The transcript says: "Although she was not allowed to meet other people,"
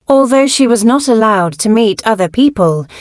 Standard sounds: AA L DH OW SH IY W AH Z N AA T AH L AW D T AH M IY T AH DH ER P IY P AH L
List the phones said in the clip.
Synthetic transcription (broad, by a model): AA L DH OW SH IY W AH Z N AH T AH L AW D T AH M IY T AH DH ER P IY P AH L